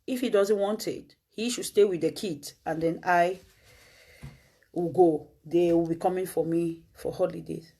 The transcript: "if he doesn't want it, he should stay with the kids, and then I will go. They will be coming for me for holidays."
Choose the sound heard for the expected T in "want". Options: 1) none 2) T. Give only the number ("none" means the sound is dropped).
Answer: 2